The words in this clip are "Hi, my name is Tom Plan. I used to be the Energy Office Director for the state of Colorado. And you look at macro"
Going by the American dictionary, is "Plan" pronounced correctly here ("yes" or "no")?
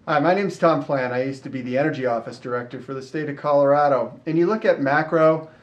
no